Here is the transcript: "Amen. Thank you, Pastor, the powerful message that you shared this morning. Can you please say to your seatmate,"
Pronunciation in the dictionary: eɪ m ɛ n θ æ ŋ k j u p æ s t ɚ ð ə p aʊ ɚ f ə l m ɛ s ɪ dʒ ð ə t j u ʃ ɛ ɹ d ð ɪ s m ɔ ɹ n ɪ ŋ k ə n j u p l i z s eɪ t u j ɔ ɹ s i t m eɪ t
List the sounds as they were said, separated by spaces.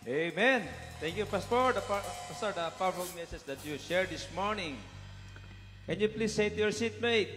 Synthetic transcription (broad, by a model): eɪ m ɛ n t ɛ ŋ k j u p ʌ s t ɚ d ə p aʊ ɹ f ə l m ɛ s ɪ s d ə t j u ʃ ɛ ɹ d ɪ s m ɔ ɹ n ɪ ŋ k ə n j u p l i s eɪ t u j ɔ ɹ s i t m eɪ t